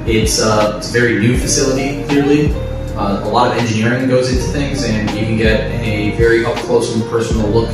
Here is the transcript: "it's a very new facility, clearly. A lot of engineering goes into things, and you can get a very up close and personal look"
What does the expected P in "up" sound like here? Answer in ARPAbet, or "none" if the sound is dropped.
F